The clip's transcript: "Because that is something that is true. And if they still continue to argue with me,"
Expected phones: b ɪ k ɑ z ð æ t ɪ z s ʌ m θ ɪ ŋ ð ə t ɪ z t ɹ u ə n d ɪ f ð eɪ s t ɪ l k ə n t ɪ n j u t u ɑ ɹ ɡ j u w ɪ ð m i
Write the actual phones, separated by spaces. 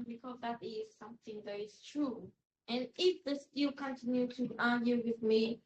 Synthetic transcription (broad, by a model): b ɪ k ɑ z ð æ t ɪ z s ʌ m θ ɪ ŋ ð ə t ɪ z t ɹ u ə n ɪ f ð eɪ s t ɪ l k ə n t ɪ n j u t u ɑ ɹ ɡ j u w ɪ ð m i